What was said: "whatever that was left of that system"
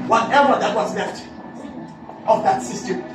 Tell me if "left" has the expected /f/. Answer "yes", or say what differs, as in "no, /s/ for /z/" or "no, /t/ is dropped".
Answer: yes